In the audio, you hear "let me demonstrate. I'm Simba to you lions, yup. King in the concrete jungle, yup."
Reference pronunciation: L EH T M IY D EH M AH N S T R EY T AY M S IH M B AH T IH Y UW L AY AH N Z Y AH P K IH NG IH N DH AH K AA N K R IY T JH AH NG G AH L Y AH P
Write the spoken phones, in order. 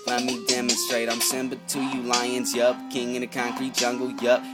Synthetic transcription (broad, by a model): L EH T M IY D EH M AH N S T R EY T AY M S IH M B AH T IH Y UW L AY AH N Z Y AH P K IH NG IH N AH K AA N K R IY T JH AH NG G L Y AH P